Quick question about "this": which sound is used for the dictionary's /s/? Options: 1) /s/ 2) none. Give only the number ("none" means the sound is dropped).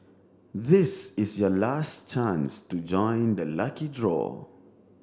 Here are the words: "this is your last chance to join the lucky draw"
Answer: 1